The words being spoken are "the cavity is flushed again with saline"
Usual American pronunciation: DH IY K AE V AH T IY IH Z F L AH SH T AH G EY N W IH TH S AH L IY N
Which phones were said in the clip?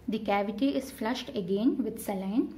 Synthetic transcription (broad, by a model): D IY K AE V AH T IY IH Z F L AH SH T AH G EY N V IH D S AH L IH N